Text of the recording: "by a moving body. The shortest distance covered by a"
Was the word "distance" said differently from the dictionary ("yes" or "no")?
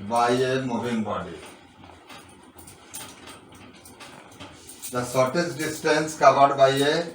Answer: no